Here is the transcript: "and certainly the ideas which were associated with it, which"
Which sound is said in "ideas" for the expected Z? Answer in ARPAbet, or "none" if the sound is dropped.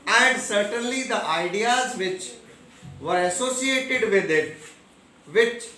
Z